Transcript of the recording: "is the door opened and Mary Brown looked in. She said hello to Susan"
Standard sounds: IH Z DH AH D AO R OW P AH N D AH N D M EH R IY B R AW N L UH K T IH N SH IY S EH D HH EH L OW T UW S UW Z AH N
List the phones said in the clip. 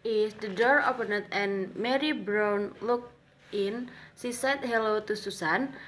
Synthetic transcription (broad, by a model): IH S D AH D AO R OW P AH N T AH N M EH R IY B R AW N L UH K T IH N S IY S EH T HH EH L OW T UW S UW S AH N